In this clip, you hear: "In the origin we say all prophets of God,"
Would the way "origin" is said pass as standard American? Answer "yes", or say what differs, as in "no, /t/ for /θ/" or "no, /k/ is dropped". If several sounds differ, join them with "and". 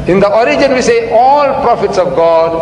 yes